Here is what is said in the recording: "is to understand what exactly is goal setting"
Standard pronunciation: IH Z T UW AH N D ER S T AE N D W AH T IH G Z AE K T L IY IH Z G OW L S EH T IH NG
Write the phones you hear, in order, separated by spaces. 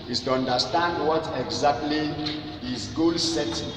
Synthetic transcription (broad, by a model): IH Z T UW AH N D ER S T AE N D W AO T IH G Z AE K T L IY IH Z G OW L S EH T